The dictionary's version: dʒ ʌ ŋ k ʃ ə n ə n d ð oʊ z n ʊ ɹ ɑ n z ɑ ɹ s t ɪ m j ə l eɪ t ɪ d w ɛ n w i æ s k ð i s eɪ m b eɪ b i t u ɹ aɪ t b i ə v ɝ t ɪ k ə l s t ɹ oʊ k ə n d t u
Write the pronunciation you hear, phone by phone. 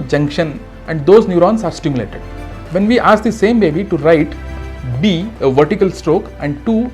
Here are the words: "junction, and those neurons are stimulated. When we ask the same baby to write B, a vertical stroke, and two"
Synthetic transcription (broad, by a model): dʒ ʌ ŋ k ʃ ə n ə n d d oʊ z n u ɹ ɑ n s ɑ ɹ s t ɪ m j l eɪ t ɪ d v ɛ n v i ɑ s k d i s eɪ m b eɪ b i t u ɹ aɪ t b i ə v ɝ t ɪ k ə l s t ɹ oʊ k ə n d t u